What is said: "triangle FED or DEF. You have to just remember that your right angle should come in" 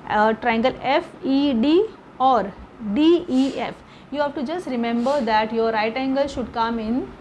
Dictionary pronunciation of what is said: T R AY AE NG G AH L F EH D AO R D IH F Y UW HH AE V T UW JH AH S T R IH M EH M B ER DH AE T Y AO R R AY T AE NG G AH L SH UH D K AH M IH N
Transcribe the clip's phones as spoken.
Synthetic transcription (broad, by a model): T R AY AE NG G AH L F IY D AO R D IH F Y UW HH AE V T UW JH AH S T R IH M EH M B ER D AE T Y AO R R AY T AE NG G AH L SH UH D K AH M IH N